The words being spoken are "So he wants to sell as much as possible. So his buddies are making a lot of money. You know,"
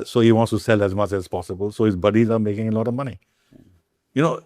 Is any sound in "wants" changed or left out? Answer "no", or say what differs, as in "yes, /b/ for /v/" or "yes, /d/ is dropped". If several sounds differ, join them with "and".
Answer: no